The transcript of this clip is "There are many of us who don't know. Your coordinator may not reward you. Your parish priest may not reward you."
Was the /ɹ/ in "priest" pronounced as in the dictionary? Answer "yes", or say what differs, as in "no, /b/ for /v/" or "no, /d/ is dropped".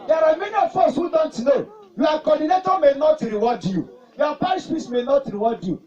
no, /ɹ/ is dropped